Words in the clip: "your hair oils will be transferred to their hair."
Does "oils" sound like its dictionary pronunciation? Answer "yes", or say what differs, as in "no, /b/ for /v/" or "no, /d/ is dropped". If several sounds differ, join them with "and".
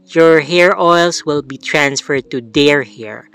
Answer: no, /s/ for /z/